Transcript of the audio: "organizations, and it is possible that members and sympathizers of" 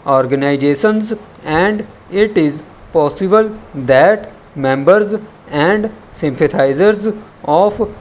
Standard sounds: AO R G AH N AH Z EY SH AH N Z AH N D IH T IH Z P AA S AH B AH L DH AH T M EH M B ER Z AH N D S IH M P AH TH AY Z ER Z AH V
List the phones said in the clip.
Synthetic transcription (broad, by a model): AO R G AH N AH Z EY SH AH N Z AH N D IH T IH Z P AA S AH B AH L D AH T M EH M B ER Z AH N D S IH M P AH T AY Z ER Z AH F